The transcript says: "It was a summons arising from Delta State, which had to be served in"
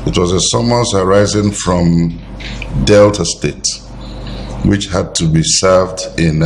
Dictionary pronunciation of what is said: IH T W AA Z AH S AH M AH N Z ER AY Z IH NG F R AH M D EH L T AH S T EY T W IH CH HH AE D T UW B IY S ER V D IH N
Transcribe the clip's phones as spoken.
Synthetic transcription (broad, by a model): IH T W AA Z AH S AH M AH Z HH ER AY Z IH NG F R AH M D EH L T AH S T EY T W IH CH HH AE D T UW B IY S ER V D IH N